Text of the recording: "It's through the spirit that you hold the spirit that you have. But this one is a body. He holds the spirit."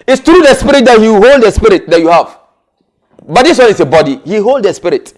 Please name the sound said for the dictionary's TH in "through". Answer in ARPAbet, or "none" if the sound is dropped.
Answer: T